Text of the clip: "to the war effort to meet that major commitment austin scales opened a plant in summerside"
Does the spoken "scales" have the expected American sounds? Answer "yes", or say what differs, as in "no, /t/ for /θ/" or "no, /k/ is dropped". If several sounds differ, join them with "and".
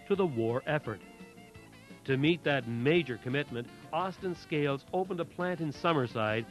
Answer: yes